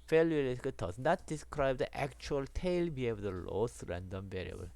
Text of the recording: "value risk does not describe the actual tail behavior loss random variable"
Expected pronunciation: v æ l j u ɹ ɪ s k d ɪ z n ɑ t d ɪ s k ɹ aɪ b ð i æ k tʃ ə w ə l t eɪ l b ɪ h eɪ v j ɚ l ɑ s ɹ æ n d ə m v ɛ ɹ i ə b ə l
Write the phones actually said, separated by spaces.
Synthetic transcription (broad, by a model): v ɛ l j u l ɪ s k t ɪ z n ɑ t d ɪ s k ɹ aɪ b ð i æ k tʃ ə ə l t eɪ l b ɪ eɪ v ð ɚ l ɑ s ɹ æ n d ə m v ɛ ɹ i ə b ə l